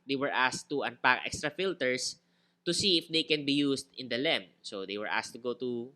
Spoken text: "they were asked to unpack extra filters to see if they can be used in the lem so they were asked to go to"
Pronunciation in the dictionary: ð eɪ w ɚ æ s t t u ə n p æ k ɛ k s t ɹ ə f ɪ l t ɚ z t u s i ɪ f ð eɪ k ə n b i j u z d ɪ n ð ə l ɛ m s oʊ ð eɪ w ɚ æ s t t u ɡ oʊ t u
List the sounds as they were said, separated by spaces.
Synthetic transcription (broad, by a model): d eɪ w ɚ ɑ s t t u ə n p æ k ɛ k s t ɹ ə f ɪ l t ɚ s t u s i ɪ f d eɪ k ə n b i j u s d ɪ n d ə l ɛ m s oʊ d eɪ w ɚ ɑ s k t u ɡ oʊ t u